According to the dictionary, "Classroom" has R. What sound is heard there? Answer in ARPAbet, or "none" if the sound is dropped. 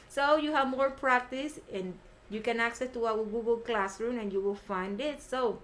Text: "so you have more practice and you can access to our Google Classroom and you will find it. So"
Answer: R